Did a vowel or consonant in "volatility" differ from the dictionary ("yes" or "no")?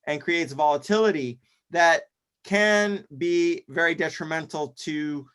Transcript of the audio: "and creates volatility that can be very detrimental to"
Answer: no